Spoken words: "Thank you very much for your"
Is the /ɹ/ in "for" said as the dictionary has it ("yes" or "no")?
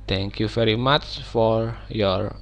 yes